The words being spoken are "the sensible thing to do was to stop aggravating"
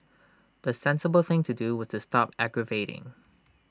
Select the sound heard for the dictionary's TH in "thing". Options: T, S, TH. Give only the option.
TH